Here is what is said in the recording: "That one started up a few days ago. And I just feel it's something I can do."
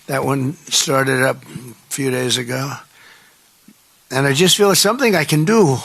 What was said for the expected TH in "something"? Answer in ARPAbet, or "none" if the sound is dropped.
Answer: TH